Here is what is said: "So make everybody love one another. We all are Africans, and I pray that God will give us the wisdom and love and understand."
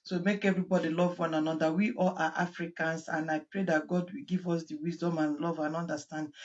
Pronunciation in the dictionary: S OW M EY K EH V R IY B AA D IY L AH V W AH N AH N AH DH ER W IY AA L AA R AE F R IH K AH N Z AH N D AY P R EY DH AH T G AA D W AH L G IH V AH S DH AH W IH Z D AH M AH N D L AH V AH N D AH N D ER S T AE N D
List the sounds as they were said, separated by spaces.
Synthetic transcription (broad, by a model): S OW M EY K EH V R IY B AA D IY L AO V W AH N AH N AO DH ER W IY AA L AA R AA F R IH K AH N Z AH N AY P R EY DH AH T G AA D W AH L G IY V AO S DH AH W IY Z D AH M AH N L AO V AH N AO N D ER S T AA N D